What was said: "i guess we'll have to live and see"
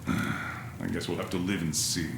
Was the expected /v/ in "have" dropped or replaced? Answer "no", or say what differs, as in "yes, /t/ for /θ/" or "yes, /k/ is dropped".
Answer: yes, /f/ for /v/